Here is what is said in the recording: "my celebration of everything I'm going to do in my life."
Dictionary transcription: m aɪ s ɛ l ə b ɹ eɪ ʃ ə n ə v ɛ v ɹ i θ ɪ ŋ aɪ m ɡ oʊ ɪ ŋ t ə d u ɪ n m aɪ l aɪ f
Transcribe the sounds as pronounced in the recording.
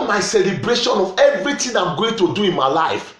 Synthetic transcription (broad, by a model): m aɪ s ɛ l ə b ɹ eɪ ʃ ə n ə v ɛ v ɹ i t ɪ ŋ aɪ m ɡ oʊ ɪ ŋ t ə d u ɪ n m aɪ l aɪ f